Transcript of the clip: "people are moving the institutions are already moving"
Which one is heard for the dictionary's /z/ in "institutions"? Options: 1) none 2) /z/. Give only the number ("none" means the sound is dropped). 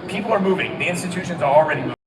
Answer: 2